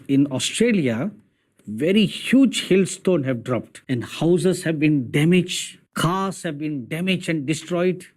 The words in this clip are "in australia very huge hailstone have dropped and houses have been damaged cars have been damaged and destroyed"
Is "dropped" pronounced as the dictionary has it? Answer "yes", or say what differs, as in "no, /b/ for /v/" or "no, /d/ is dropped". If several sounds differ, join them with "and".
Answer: yes